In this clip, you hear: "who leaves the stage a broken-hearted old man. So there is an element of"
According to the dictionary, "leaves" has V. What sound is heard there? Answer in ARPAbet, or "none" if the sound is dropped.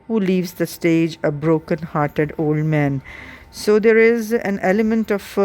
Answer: V